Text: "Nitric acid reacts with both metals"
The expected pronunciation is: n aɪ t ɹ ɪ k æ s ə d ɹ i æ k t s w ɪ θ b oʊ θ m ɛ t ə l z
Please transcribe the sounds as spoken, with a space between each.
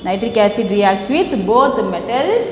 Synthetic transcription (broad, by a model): n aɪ t ɹ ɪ k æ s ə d ɹ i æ k t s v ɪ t b oʊ t m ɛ t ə l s